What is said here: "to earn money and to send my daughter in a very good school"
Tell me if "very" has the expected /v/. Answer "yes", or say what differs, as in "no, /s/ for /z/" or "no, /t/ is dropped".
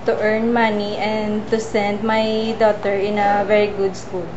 yes